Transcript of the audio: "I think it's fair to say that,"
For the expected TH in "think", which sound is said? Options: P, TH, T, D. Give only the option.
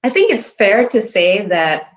TH